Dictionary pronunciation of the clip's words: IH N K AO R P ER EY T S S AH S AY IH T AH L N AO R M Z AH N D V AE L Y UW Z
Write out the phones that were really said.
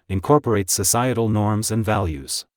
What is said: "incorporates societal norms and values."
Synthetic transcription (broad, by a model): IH N K AO R P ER EY T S S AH S AY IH T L N AO R M Z AH N D V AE L Y UW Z